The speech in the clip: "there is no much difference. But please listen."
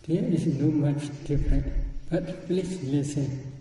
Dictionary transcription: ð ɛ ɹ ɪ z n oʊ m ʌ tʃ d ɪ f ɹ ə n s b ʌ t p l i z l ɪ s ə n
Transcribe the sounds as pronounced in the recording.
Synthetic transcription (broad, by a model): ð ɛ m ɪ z n oʊ m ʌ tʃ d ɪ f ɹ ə n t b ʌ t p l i s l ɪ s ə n